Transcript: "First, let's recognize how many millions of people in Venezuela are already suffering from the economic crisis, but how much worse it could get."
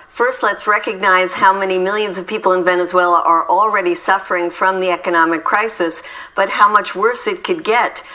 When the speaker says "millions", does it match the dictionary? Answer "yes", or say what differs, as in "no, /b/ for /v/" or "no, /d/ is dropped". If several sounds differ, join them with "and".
yes